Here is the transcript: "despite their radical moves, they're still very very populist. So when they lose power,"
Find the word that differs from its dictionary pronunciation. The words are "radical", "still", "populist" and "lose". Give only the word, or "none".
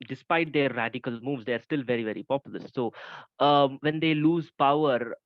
populist